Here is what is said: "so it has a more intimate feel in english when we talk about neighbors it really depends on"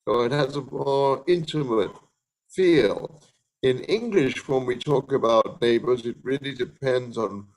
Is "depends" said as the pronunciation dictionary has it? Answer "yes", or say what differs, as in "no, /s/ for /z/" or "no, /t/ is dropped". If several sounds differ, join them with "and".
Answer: yes